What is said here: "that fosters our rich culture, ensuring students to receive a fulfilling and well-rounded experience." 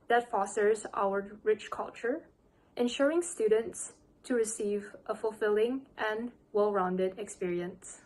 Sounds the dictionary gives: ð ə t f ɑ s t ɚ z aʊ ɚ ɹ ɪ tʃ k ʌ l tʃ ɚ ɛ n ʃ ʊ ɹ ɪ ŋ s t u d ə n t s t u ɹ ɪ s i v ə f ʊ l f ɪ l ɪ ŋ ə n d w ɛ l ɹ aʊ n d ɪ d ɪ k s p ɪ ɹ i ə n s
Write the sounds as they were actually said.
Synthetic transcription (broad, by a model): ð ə t f ɑ s t ɚ z aʊ ɚ ɹ ɪ tʃ k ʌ l tʃ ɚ ɛ n ʃ ʊ ɹ ɪ ŋ s t u d ə n t s t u ɹ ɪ s i v ə f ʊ l f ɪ l ɪ ŋ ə n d w ɛ l ɹ aʊ n d ɪ d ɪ k s p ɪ ɹ i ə n s